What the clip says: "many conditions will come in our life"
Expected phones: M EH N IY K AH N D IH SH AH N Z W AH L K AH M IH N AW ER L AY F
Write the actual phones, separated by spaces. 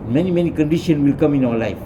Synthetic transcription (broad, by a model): M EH N IY K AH N D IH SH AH N W AH L K AH M IH N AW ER L AY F